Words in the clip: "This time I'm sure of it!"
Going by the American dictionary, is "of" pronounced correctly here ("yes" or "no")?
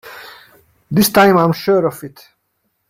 no